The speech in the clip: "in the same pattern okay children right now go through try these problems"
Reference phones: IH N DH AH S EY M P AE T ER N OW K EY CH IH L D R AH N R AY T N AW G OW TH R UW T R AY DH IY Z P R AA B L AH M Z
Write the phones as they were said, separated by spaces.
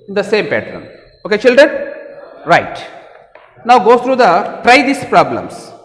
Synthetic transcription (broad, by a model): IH N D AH S EY M P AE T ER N OW K EY CH IH L D R AH N R AY T N AW G OW S R UW T R AY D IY S P R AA B L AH M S